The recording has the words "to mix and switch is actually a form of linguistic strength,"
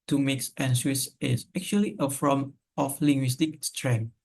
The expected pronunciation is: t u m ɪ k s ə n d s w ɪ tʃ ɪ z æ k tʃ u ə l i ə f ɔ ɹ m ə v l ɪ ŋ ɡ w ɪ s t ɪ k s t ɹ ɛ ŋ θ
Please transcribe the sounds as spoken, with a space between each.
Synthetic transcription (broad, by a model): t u m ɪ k s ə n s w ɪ s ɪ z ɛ k tʃ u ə l i ə f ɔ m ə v l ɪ ŋ ɡ w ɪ s t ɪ k s t ɹ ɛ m